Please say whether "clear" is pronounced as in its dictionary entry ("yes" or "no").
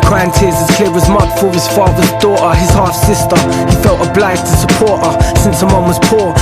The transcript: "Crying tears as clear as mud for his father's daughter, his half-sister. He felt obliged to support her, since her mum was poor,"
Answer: no